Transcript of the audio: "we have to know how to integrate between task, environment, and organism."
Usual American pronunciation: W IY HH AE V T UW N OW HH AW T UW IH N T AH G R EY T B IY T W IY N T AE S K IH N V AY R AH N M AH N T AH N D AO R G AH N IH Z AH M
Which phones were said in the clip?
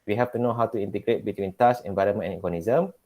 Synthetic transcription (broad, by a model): W IY HH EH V T UW N OW HH AW T UW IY N T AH G R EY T B IY T W IY N T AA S IH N V AY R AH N M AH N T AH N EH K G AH N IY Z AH M